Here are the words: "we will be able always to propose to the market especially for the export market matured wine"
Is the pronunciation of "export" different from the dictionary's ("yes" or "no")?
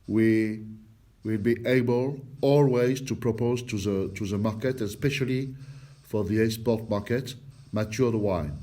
yes